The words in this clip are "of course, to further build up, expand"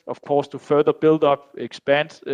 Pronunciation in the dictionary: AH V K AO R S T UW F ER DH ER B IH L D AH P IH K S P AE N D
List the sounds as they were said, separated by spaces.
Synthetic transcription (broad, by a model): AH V K AO S T UW F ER DH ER B IH L D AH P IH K S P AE N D